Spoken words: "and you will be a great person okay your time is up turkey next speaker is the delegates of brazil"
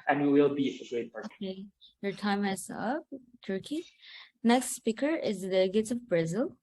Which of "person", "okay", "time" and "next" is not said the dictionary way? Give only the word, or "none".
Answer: person